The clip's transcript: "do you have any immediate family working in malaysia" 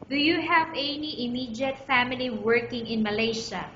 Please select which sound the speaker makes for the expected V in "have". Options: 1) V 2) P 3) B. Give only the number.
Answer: 1